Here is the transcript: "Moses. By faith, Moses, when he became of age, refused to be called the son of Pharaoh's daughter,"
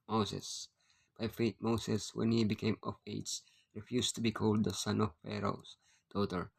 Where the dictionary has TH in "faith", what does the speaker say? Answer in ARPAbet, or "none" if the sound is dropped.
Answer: T